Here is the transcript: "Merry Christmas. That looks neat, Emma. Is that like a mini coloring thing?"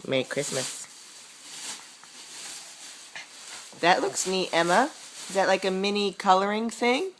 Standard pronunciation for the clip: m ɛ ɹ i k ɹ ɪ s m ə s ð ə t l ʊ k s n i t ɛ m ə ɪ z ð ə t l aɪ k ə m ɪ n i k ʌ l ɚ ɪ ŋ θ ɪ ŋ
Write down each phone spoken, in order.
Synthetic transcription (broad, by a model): m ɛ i k ɹ ɪ s m ə s ð ə t l ʊ k s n i t ɛ m ə ɪ z ð ə t l aɪ k ə m ɪ n i k ʌ l ɚ ɪ ŋ θ ɪ ŋ